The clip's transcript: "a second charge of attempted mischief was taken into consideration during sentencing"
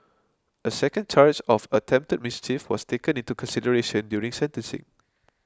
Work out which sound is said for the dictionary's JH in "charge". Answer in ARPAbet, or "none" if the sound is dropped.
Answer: CH